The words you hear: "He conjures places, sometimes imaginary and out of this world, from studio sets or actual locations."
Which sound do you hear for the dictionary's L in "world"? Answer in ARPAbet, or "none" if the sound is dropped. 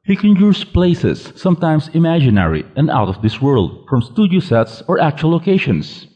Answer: L